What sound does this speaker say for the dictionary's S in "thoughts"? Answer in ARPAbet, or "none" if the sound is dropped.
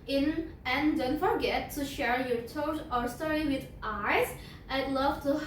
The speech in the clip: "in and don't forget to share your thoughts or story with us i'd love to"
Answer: none